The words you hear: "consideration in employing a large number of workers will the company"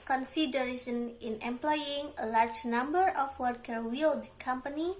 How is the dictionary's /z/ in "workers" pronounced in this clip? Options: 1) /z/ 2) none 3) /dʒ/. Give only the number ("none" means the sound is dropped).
2